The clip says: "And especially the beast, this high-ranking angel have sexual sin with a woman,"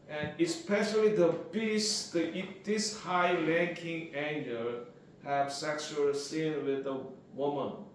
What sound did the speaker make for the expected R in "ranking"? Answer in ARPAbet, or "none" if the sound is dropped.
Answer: L